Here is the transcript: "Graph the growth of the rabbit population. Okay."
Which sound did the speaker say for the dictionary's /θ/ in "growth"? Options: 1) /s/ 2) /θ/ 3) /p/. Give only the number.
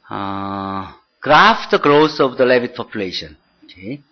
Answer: 1